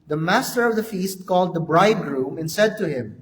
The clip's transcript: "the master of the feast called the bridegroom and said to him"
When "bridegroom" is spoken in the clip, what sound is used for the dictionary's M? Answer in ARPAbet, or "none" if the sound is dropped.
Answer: M